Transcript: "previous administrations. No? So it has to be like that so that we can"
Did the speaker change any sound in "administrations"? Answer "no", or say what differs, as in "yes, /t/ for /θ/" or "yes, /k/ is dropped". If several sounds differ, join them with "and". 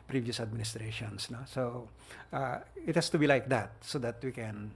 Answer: yes, /s/ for /z/